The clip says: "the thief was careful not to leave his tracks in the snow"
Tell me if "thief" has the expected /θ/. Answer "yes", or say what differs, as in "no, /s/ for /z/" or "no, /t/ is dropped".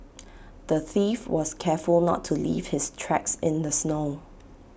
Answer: yes